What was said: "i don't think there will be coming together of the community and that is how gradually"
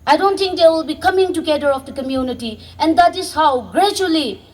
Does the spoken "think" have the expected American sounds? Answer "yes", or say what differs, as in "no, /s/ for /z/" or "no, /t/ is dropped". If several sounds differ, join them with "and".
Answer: no, /t/ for /θ/